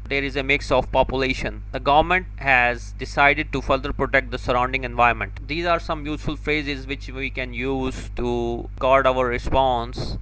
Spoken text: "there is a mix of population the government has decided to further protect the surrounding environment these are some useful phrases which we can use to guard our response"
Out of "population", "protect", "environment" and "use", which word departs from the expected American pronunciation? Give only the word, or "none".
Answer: environment